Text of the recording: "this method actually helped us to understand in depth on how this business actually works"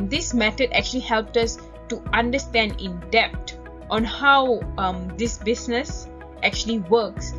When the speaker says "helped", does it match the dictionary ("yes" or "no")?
yes